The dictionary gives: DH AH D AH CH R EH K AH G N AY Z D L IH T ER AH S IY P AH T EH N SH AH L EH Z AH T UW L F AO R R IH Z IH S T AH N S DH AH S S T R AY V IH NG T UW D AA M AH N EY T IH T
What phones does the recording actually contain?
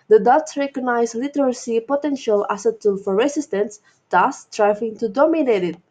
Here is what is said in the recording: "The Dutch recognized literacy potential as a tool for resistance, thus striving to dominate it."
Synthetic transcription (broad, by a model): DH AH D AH S R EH K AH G N AY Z L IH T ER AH S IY P AH T EH N SH AH L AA S AH T UW L F AO R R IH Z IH S T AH N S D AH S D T R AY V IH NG T UW D AA M AH N EY T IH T